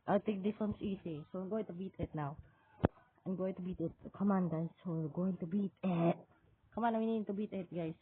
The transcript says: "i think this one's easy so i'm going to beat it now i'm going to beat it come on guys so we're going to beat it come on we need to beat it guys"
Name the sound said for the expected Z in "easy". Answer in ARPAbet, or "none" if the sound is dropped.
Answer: S